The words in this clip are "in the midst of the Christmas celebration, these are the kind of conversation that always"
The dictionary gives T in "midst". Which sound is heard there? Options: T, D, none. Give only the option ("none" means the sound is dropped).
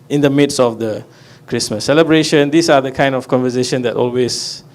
none